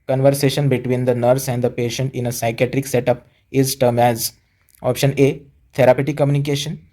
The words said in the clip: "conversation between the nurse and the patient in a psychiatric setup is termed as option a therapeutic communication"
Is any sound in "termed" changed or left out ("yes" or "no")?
yes